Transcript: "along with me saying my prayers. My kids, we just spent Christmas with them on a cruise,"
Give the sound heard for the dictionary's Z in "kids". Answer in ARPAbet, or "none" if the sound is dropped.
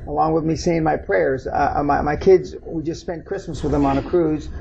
Z